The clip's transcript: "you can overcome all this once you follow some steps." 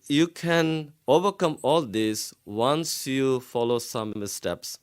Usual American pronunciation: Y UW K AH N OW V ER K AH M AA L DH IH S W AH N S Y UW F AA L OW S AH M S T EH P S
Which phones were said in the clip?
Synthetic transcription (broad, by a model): Y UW K AH N OW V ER K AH M AA L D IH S W AH N S Y UW F AA L OW S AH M S T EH P S